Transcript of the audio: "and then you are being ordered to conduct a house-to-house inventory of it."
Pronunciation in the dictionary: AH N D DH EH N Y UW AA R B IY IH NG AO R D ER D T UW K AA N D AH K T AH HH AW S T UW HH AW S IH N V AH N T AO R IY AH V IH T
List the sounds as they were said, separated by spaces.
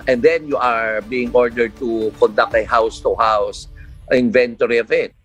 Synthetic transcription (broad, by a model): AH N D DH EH N Y UW AA R B IY IH NG AO R D ER D T UW K AA N D AH K T AH HH AW S T UW HH AW S IH N V AH N T AO R IY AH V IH T